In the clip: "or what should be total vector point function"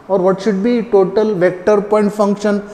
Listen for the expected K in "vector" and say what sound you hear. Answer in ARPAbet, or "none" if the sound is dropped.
K